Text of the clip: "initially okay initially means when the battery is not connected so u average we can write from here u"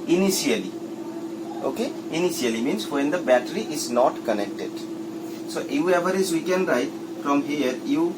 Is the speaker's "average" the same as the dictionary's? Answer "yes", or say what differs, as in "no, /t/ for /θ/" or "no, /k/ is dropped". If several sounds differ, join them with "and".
no, /z/ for /dʒ/